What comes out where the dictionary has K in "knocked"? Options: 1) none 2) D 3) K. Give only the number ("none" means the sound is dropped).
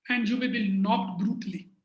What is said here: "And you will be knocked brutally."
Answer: 1